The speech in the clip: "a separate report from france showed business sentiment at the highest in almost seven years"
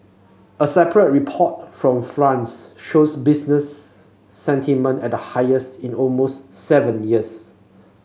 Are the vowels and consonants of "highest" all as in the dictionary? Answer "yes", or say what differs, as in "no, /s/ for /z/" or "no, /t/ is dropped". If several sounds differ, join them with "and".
yes